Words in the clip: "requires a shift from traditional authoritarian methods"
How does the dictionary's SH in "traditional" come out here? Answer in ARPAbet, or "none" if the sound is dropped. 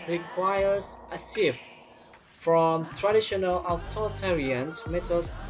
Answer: SH